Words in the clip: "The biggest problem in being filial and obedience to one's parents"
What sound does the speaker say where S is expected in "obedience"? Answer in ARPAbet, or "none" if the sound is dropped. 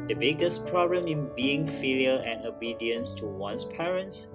S